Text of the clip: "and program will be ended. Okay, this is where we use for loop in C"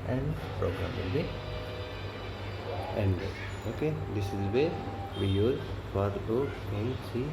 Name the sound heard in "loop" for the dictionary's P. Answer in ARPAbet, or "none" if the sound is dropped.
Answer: none